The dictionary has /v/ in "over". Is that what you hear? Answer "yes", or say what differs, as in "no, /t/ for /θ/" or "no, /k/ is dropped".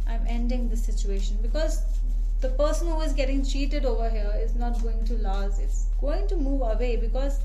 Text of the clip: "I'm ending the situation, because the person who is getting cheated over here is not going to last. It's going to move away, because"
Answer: yes